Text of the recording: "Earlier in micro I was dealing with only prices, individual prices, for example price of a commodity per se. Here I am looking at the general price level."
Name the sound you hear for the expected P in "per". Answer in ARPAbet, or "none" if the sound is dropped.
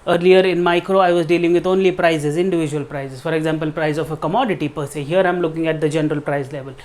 P